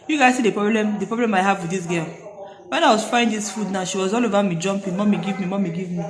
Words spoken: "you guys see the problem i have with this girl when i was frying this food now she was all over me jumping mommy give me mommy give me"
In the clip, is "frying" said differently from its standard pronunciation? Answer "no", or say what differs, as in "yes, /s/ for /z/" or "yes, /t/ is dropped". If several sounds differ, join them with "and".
yes, /ɹ/ is dropped